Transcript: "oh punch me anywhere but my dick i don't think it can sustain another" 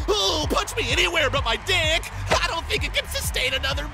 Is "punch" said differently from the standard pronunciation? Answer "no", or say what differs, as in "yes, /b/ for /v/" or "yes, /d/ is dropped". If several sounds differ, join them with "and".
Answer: yes, /n/ is dropped